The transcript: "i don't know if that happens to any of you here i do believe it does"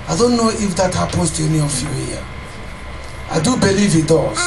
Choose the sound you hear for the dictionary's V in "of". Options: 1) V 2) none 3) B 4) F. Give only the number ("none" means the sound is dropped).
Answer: 4